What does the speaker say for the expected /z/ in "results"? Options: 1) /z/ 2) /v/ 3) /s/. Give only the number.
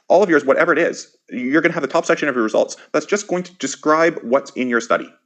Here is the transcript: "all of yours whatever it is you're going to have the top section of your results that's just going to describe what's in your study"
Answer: 1